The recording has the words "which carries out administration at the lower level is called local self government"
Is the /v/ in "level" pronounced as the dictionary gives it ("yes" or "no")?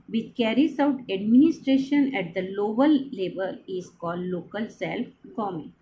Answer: no